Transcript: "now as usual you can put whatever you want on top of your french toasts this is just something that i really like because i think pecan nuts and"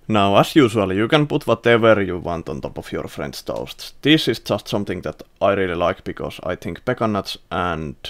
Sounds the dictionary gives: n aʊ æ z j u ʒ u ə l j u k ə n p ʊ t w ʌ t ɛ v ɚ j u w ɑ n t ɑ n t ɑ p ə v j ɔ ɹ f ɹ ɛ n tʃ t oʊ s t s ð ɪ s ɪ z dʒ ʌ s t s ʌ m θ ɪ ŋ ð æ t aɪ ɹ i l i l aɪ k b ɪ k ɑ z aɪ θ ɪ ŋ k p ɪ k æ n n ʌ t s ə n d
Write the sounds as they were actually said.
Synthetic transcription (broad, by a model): n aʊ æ s j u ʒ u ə l j u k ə n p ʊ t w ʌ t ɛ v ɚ j u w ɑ n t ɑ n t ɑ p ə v j ɔ ɹ f ɹ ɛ n s t oʊ s t s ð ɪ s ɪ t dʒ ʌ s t s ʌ m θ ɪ ŋ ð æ t aɪ ɹ i l i l aɪ k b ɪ k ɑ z aɪ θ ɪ ŋ k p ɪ k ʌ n n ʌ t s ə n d